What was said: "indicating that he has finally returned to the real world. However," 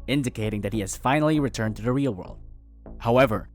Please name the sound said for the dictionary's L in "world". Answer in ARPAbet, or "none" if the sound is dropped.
L